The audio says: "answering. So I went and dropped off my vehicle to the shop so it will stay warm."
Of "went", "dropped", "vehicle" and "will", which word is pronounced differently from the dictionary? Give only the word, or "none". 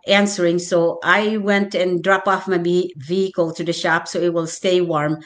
dropped